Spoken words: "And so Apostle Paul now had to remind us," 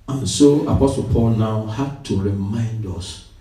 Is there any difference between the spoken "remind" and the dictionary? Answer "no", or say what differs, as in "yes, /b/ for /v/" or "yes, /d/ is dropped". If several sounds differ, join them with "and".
no